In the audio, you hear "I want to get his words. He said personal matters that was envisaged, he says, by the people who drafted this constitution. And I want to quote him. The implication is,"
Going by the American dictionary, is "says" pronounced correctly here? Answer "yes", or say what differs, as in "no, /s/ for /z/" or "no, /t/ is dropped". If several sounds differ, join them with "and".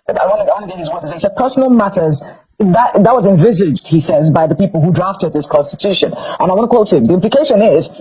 yes